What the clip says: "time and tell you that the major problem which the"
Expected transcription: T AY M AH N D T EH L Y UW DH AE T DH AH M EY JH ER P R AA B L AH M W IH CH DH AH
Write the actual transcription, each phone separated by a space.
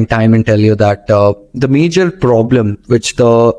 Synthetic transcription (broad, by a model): T AY M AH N T EH L Y UW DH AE T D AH M EY JH ER P R AA B L AH M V IH CH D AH